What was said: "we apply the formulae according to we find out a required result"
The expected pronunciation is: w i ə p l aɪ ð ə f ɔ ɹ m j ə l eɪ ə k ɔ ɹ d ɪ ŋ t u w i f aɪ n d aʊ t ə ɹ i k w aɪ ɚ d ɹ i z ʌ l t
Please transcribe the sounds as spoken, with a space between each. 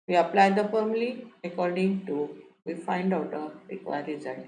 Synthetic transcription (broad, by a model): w i ə p l aɪ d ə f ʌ ɹ m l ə eɪ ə k ɔ ɹ d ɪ ŋ t u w i f aɪ n d aʊ t ə ɹ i k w aɪ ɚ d ɹ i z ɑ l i